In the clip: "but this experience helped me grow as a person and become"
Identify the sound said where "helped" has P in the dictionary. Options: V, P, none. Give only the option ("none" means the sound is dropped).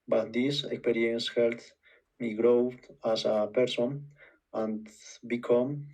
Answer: none